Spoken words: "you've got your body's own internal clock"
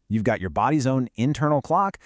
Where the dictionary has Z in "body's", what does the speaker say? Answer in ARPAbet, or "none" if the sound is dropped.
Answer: Z